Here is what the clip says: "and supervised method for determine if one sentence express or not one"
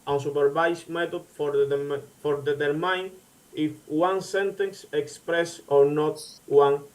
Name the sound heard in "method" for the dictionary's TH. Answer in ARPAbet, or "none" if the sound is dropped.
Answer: T